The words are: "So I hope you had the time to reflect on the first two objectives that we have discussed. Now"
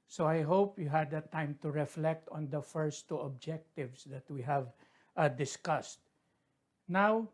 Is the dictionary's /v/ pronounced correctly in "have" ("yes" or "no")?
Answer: yes